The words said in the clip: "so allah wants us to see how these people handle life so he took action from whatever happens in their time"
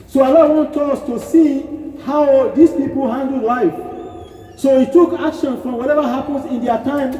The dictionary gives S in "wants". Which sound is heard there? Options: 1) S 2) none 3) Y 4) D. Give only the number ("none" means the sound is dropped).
2